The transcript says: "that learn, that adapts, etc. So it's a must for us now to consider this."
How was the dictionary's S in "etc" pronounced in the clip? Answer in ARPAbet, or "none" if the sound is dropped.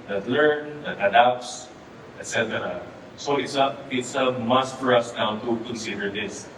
S